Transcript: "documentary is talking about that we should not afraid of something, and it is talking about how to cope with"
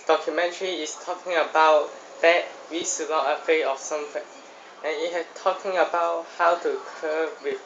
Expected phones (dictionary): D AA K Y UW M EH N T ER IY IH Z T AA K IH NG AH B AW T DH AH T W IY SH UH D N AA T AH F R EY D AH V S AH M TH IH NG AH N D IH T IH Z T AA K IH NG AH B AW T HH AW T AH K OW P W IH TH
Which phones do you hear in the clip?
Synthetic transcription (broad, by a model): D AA K Y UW M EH N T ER IY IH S T AA K IH NG AH B AW T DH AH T W IY S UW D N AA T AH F EY AH F S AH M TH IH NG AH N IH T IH S T AA K IH NG AH B AW T HH AW T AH K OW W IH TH